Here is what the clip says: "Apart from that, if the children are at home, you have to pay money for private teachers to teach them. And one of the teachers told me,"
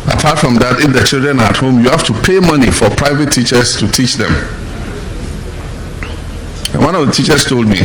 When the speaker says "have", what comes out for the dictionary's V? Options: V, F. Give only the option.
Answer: F